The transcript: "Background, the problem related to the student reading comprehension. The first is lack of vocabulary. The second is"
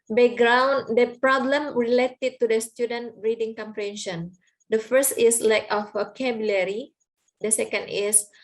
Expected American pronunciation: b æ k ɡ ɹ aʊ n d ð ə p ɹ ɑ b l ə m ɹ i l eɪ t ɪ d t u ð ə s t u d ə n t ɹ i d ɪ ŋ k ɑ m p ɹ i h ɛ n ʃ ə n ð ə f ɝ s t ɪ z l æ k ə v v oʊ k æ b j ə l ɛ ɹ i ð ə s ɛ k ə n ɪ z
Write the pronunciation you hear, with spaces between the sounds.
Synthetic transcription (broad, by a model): b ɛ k ɡ ɹ aʊ n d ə p ɹ ɑ b l ə m ɹ i l eɪ t ɪ d t u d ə s t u d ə n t ɹ i d ɪ ŋ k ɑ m p ɹ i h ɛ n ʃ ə n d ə f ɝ s t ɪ s l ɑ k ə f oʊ k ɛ b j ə l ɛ ɹ i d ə s ɛ k ə n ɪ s